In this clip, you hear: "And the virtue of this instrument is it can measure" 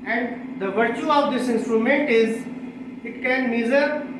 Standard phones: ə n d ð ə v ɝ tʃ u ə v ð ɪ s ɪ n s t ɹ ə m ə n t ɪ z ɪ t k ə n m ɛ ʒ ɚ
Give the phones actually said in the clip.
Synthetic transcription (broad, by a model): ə n d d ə v ɝ tʃ u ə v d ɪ s ɪ n s t ɹ ə m ə n t ɪ z ɪ t k ə n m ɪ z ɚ